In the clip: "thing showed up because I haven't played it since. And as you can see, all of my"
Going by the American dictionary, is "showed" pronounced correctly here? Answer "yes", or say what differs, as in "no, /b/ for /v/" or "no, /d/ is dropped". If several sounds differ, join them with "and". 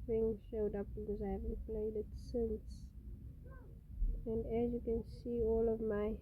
yes